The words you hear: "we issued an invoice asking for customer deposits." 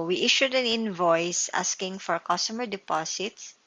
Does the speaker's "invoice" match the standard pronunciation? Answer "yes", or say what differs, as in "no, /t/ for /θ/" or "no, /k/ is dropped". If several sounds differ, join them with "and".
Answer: yes